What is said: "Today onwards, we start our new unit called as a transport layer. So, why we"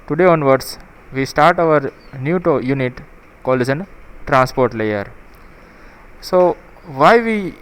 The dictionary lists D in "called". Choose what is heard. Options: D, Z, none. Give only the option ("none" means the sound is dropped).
none